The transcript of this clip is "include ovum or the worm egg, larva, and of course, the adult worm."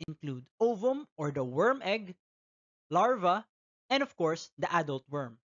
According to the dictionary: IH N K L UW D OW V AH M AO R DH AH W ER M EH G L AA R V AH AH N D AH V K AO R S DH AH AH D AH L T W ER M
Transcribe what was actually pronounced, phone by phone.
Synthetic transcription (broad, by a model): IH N K L UW D OW V AH M AO R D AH W ER M EH G L AA R V AH AH N D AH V K AO R S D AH AH D AH L T W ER M